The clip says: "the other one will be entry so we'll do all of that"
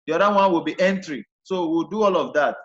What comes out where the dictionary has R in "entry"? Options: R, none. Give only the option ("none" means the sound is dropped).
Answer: R